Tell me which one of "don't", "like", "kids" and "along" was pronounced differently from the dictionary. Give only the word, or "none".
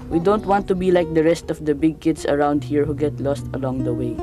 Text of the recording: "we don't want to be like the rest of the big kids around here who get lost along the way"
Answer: kids